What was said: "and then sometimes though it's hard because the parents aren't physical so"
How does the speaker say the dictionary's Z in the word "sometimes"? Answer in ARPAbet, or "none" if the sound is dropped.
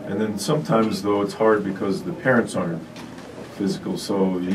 Z